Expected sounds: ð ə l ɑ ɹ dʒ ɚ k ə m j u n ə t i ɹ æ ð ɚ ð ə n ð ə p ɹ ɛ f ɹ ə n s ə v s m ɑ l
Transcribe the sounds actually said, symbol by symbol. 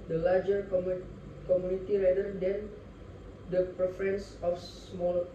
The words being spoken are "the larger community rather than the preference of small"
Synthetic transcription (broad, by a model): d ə l ɑ ɹ dʒ ɚ k ə m j u n ə t i ɹ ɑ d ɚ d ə n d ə p ɹ ɛ f ɹ ə n s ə f s m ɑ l